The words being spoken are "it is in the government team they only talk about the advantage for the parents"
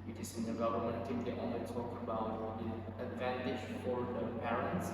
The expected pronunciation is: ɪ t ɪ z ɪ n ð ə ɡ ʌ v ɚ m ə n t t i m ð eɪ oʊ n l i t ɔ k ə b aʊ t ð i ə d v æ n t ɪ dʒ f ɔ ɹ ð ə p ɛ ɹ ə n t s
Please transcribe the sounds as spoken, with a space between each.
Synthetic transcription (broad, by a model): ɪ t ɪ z ɪ n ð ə ɡ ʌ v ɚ m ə n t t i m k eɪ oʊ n i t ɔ k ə b aʊ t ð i ə d v æ n t ɪ dʒ f ɔ ɹ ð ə p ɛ ɹ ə n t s